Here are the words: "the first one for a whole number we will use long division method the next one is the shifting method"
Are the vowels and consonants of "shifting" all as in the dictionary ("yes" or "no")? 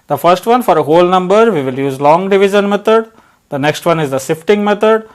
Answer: no